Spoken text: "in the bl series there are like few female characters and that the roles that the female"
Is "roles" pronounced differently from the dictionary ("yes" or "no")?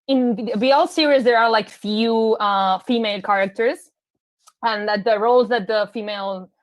no